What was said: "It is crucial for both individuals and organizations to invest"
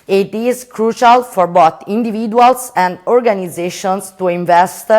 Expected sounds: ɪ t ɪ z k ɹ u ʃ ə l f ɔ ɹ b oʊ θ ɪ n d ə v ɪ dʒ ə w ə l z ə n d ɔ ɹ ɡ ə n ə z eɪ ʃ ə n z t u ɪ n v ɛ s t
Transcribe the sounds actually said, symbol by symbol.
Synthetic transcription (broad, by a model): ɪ t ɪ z k ɹ u ʃ ə l f ɔ ɹ b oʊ t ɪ n d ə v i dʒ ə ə l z ə n d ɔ ɹ ɡ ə n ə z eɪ ʃ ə n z t u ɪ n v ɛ s t